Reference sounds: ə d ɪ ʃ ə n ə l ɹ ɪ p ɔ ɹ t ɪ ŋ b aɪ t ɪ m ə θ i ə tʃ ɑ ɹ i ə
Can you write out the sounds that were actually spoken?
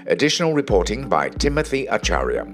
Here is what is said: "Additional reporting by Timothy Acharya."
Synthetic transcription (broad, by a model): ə d ɪ ʃ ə n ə l ɹ ɪ p ɔ ɹ t ɪ ŋ b aɪ t ɪ m ə θ i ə tʃ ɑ ɹ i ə